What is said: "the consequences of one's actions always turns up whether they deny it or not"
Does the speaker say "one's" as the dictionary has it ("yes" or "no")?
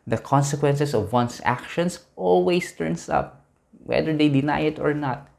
no